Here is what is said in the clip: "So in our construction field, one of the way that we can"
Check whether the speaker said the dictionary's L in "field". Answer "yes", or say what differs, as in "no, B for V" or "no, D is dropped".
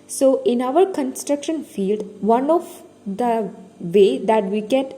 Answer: yes